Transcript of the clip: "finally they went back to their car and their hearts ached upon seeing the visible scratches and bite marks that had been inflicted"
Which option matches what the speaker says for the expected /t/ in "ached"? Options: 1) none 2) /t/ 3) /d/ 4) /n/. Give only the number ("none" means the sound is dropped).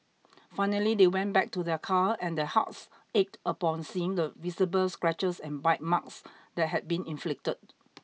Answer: 2